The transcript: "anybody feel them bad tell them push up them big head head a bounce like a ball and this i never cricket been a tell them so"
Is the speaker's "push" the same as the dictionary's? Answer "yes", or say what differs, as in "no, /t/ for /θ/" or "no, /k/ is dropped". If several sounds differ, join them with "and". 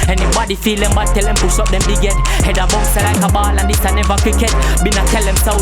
no, /s/ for /ʃ/